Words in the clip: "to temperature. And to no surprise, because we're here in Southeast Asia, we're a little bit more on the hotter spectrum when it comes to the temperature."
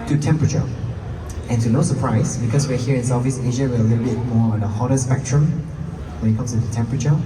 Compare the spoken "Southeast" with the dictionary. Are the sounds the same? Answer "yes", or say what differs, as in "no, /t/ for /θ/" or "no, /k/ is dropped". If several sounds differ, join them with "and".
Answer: no, /t/ is dropped